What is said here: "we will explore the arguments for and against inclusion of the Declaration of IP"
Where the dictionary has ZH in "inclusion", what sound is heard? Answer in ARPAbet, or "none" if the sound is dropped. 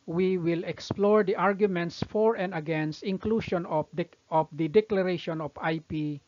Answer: SH